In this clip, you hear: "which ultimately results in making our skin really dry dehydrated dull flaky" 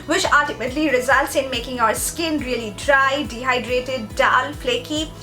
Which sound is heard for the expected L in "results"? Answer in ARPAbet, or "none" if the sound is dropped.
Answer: L